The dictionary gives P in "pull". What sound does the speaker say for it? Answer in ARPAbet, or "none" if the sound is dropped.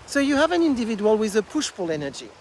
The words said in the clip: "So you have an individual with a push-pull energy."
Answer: F